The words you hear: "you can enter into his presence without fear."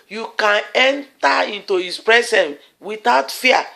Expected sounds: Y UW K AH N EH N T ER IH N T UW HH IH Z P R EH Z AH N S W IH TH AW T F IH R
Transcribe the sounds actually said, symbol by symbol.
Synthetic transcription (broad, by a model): Y UW K AH N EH N T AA IH N T UW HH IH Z P R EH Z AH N W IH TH AW T F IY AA